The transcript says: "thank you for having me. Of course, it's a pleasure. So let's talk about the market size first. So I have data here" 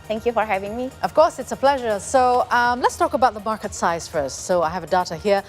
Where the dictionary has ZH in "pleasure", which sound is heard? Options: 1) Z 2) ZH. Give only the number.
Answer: 2